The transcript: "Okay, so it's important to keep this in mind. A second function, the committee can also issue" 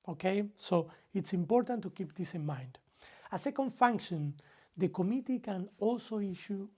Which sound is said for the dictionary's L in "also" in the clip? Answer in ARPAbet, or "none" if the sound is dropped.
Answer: L